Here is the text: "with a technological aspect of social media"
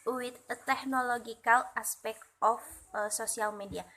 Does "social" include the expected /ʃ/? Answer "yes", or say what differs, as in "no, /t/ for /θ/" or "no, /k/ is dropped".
no, /s/ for /ʃ/